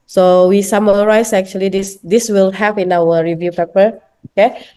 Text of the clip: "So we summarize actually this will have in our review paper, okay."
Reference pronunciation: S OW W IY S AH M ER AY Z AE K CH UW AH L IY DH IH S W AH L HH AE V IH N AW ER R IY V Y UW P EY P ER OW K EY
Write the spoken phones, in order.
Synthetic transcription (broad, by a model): S OW W IY S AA M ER AY S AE K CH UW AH L IY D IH S W AH L HH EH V IH N AW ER R IY V Y UW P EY P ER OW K EY